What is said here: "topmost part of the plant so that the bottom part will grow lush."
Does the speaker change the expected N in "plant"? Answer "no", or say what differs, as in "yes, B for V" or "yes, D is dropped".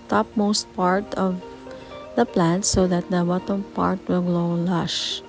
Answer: no